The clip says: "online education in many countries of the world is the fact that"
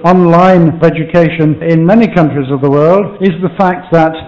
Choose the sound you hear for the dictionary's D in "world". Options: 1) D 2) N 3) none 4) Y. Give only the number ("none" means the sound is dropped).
1